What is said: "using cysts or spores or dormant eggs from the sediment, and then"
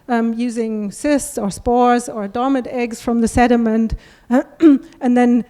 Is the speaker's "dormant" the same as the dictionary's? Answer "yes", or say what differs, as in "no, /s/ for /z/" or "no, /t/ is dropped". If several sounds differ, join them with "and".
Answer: no, /n/ is dropped